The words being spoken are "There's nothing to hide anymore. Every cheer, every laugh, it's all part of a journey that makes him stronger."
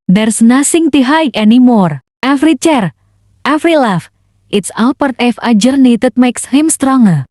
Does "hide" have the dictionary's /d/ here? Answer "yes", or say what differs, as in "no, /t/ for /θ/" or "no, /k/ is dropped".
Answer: no, /d/ is dropped